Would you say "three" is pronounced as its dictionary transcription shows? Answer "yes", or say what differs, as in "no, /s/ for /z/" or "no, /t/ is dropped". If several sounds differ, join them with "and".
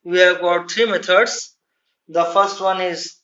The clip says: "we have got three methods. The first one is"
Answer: no, /t/ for /θ/